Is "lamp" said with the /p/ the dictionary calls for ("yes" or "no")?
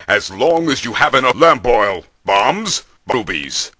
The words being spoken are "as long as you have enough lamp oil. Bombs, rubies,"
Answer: no